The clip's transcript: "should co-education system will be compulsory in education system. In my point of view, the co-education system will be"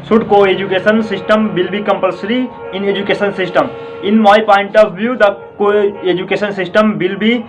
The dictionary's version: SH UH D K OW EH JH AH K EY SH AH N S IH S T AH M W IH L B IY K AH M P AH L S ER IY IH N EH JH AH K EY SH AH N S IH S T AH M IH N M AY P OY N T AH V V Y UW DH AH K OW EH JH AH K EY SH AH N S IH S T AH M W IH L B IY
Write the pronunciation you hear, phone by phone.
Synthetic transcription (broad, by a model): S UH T K OW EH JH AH K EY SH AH N S IH S T AH M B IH L B IY K AH M P AH L S ER IY IH N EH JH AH K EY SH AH N S IH S T AH M IH N M AY P OY N T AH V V Y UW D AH K OW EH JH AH K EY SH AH N S IH S T AH M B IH L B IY